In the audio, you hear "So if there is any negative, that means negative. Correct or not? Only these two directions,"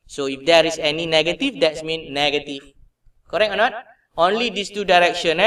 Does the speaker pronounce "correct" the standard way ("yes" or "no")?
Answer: no